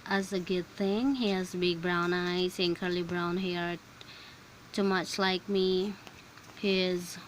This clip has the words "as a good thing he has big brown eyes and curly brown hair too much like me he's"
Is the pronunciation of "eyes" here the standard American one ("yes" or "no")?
no